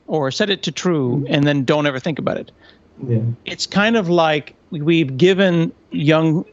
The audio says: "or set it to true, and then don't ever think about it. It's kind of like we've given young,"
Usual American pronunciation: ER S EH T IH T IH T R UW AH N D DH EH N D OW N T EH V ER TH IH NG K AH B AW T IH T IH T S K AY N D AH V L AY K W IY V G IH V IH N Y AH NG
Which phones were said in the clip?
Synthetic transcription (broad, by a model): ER S EH T IH T IH T R UW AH N DH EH N D OW N T EH V ER TH IH NG K AH B AW T IH T IH T S K AY N D AH V L AY K W IY V G IH V IH N Y AH NG